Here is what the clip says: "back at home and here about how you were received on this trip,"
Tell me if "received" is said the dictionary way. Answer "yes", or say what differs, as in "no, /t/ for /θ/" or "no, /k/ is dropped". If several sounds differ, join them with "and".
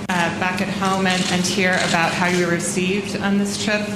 yes